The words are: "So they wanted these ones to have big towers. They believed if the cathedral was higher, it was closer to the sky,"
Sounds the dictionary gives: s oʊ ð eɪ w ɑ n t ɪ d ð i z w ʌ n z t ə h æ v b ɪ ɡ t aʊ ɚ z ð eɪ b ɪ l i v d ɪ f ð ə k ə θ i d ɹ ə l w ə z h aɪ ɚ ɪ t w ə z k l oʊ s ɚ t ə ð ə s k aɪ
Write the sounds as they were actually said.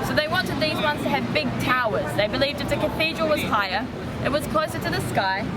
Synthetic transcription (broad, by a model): s oʊ ð eɪ w ɑ n t ɪ d ð i z w ʌ n z t ə v b ɪ ɡ t aʊ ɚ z ð eɪ b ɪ l i v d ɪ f ð ə k ə θ i d ɹ ə l w ə z h aɪ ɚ ɪ t w ə z k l oʊ s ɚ t ə ð ə s k aɪ